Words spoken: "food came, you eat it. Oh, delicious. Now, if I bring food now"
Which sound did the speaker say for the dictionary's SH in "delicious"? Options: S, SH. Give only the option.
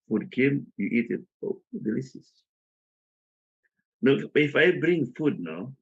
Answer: S